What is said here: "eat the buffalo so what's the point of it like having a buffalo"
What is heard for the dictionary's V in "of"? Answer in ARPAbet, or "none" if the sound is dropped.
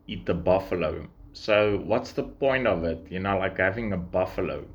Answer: V